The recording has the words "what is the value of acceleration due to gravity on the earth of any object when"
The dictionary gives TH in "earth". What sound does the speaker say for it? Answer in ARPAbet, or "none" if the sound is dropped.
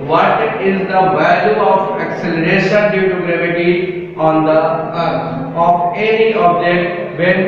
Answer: F